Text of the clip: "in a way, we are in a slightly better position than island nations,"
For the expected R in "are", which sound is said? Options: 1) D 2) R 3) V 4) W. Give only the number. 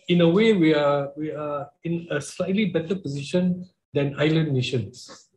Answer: 4